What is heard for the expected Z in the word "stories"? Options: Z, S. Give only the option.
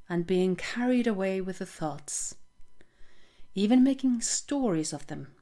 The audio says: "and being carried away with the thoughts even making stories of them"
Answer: Z